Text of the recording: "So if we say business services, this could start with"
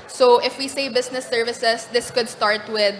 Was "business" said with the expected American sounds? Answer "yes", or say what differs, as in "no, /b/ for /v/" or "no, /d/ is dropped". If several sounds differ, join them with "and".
no, /s/ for /z/